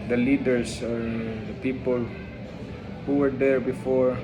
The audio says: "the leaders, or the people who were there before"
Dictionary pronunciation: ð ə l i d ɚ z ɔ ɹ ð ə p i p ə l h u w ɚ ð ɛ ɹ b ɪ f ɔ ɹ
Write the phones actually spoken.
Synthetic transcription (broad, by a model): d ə l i d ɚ s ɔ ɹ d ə p i p ə l h u w ɚ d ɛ ɹ b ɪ f ɔ ɹ